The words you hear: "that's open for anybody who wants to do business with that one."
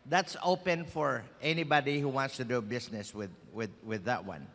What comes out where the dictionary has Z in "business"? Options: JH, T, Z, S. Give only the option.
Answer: S